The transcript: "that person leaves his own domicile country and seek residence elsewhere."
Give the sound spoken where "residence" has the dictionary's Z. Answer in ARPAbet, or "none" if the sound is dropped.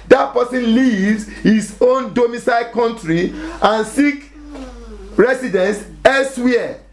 S